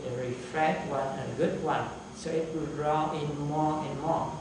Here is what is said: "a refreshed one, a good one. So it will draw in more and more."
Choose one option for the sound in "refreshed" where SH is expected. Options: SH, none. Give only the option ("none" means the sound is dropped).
none